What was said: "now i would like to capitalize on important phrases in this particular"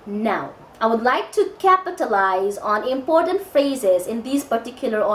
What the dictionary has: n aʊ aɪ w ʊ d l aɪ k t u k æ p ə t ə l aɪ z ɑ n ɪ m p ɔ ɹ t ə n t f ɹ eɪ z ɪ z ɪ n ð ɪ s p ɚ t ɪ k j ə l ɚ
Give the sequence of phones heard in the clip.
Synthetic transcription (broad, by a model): n aʊ aɪ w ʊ d l aɪ k t u k æ p ə t ə l aɪ z ɑ n ɪ m p ɔ ɹ t ə n t f ɹ eɪ z ɪ z ɪ n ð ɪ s p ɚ t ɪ k j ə l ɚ